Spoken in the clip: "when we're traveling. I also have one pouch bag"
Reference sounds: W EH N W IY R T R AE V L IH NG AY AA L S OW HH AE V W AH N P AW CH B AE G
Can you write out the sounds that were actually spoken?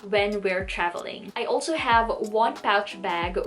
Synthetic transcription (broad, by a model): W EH N W IY R T R AE V L IH NG AY AA L S OW HH AE V W AH N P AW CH B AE G